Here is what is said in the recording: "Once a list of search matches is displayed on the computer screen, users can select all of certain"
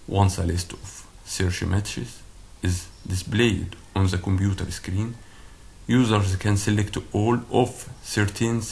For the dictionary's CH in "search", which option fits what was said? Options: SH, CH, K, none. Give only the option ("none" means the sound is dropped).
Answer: SH